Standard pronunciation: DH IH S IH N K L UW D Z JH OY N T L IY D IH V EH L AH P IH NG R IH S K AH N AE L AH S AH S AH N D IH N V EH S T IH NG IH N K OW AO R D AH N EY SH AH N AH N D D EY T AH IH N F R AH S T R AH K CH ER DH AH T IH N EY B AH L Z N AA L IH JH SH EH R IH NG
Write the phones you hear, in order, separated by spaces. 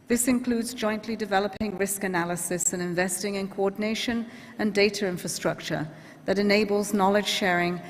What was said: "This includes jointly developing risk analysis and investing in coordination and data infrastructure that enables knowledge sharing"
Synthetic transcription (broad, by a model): DH IH S IH N K L UW D Z JH OY N T L IY D IH V EH L AH P IH NG R IH S K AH N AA L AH S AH S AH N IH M V EH S T IH NG IH N K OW AO D N EY SH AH N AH N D D EY T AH IH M F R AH S T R AH K CH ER DH AH T IH N EY B AH L Z N AA L IH JH SH EH R IH NG